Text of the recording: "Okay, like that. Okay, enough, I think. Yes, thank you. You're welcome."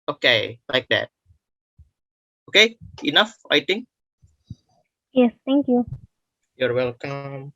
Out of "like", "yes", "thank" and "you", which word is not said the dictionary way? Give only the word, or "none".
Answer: thank